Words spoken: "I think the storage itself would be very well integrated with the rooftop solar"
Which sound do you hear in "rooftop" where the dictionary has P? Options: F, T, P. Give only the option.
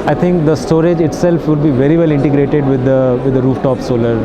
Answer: P